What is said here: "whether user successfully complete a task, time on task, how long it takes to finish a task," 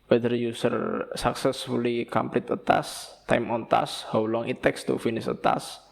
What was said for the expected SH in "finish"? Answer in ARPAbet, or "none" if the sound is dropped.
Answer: S